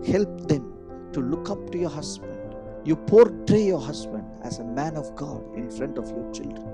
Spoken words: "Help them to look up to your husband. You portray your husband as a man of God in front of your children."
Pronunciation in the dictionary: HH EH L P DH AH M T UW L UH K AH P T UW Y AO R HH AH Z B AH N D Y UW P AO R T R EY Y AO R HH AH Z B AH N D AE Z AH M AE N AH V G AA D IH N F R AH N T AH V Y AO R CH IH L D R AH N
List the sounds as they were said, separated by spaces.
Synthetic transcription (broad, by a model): HH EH L P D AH M T UW L UH K AH P T UW Y AO R HH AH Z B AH N D Y UW P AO R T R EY Y AO R HH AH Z B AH N D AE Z AH M AE N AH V G AA D IH N F R AH N T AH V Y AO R CH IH L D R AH N